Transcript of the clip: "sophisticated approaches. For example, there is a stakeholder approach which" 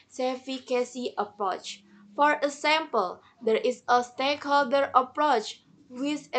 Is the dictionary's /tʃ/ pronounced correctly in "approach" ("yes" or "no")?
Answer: yes